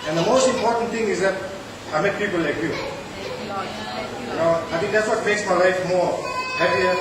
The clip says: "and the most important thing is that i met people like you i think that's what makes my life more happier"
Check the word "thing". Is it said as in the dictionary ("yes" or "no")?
no